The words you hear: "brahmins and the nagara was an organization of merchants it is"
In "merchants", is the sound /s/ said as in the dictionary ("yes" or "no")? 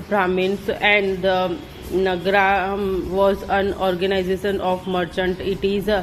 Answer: no